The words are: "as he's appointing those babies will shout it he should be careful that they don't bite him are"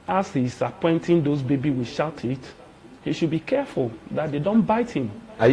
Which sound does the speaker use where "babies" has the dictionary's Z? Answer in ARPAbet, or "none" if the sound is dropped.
none